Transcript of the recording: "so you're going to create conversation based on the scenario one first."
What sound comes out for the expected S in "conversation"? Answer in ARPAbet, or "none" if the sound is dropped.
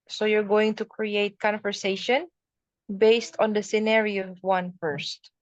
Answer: S